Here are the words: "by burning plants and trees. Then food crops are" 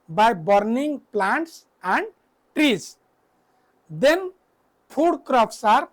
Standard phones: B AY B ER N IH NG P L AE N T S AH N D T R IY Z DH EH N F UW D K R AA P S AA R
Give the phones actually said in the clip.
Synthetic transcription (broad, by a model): B AY B ER N IH NG P L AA N T S AH N D T R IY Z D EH N P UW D K R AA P S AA R